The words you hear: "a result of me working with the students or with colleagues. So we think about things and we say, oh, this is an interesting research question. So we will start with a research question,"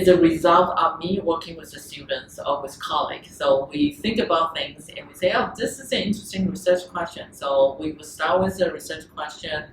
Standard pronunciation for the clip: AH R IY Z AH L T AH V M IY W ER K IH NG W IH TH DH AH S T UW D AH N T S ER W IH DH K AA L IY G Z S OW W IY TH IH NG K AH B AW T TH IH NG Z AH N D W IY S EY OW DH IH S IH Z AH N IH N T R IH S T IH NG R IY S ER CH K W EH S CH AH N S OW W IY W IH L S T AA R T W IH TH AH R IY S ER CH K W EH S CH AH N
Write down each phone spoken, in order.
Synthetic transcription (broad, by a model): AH R IY Z AH L T AH V M IY W ER K IH NG W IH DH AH S T UW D N T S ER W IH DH K AA L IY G S OW W IY TH IH NG K AH B AW T TH IH NG Z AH N W IY S EY OW DH IH S IH Z AH N IH N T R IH S T IH NG R IY S ER CH K W EH S CH AH N S OW W IY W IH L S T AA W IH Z AH R IY S ER CH K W EH S CH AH N